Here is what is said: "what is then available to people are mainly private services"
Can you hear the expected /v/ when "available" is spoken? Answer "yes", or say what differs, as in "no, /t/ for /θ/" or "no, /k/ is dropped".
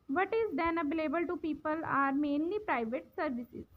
no, /b/ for /v/